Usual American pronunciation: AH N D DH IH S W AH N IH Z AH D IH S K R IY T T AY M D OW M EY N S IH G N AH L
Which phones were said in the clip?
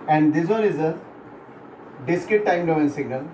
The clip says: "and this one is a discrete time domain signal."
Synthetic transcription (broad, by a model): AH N D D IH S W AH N IH Z AH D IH S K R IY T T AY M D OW EY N S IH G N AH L